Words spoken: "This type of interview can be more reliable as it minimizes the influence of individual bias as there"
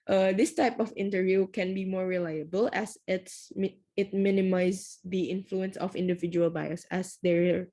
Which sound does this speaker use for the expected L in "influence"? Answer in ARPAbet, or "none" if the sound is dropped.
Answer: L